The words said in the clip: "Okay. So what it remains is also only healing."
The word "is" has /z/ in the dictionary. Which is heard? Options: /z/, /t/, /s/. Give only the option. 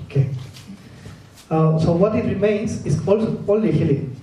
/s/